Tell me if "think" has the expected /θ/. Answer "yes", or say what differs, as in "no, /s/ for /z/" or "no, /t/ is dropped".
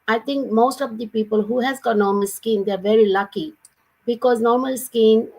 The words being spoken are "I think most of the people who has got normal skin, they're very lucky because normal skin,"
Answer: no, /t/ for /θ/